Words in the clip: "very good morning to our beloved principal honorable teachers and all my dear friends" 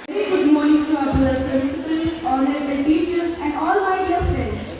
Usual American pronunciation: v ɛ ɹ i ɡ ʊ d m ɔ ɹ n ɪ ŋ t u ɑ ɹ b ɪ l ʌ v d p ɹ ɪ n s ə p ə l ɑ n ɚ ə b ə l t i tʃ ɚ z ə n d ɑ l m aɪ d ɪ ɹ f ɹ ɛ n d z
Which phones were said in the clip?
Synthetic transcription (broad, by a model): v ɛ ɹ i ɡ ʊ d m ɔ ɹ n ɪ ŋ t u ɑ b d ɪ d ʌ d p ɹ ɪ s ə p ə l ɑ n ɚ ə ə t i tʃ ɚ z ə n d ɑ l m aɪ d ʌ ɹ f ɹ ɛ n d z